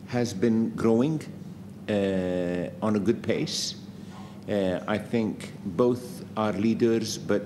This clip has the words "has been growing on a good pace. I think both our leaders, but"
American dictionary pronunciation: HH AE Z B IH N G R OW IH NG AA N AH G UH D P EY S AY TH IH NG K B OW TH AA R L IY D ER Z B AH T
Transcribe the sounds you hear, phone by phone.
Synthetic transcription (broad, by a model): HH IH Z B IH N G R OW IH NG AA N AH G UH D P EY S AY TH IH NG K B OW TH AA R L IY D ER Z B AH T